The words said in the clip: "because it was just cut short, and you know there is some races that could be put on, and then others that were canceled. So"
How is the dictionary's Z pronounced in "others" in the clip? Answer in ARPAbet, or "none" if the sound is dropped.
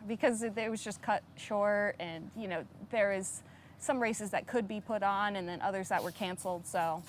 Z